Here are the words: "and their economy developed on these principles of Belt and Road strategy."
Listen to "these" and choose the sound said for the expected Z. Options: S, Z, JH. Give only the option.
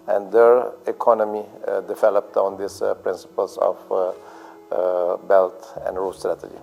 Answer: S